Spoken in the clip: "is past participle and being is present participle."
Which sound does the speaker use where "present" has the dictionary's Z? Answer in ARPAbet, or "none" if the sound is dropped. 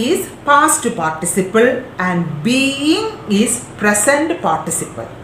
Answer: S